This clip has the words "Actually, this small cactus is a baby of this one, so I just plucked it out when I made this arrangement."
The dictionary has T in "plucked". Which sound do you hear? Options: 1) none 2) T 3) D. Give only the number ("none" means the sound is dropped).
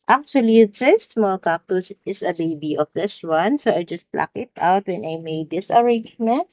1